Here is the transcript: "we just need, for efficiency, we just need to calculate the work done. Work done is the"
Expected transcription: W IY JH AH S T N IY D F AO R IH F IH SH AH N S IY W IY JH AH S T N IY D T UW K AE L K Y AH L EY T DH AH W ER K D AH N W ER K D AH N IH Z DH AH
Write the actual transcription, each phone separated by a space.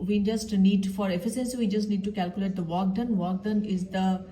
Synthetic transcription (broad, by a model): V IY JH AH S T N IY D F AO R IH F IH S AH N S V IY JH AH S T N IY D T UW K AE L K Y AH L EY T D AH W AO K D AH N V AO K D AH N IH Z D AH